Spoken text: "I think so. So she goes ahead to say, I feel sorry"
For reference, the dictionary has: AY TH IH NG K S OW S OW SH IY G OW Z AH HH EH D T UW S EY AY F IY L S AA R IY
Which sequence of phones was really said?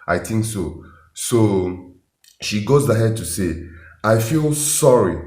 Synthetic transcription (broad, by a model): AY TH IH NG K S OW S OW SH IY G OW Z AH HH EH D T UW S EY AY F IY L S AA R IY